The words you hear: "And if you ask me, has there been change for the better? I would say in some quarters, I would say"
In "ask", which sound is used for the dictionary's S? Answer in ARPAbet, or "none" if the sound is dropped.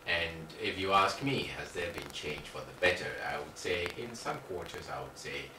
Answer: S